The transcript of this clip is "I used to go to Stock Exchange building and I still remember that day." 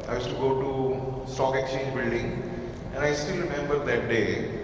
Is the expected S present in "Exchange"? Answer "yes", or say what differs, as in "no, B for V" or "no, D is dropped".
no, S is dropped